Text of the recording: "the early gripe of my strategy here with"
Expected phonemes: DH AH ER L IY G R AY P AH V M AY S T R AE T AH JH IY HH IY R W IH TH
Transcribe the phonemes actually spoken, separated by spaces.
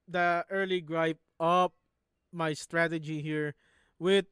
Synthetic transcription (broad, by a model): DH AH ER L IY G R AY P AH P M AY S T R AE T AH JH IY HH IY R W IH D